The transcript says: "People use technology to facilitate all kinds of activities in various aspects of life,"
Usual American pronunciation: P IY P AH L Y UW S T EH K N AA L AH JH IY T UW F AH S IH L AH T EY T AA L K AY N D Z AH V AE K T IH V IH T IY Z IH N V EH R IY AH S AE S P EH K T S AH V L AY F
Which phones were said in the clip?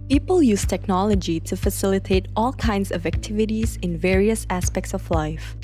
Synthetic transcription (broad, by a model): P IY P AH L Y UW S T EH K N AA L AH JH IY T UW F AH S IH L AH T EY T AA L K AY N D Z AH V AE K T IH V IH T IY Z IH N V EH R IY AH S AE S P EH K T S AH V L AY F